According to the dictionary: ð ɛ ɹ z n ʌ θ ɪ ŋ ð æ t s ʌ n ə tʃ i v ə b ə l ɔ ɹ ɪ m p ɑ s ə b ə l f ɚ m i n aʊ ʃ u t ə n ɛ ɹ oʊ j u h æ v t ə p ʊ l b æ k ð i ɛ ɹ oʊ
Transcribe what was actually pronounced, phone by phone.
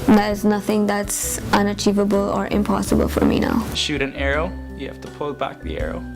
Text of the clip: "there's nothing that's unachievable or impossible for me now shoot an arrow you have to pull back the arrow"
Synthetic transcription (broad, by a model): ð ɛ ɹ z n ʌ θ ɪ ŋ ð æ t s ʌ n ə tʃ i v ə b ə l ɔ ɹ ɪ m p ɑ s ə b ə l f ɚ m i n aʊ ʃ u t ə n ɛ ɹ oʊ j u h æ f t ə p ʊ l b æ k ð i ɛ ɹ oʊ